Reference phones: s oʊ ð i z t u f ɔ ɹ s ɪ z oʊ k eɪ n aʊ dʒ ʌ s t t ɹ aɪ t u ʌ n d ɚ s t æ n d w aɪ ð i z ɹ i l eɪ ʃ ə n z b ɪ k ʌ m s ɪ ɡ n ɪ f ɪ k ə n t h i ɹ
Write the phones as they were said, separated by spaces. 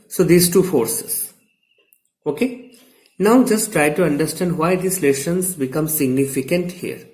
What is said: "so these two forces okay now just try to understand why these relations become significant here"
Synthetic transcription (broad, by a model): s oʊ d i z t u f ɔ ɹ s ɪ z oʊ k eɪ n aʊ dʒ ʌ s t t ɹ aɪ t u ʌ n d ɚ s t æ n d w aɪ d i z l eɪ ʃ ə n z b ɪ k ʌ m s ɪ ɡ n ɪ f ɪ k ə n t h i ɹ